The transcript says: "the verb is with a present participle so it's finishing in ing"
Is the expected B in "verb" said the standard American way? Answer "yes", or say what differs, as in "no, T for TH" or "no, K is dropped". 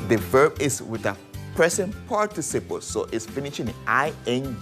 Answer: yes